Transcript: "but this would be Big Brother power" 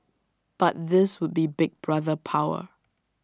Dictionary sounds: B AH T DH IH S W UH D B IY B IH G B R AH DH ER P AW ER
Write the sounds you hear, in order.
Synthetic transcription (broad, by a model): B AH T DH IH S W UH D B IY B IH G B R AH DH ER P AW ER